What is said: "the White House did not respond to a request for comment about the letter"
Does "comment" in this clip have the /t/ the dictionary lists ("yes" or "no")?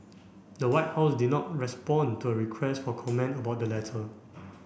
yes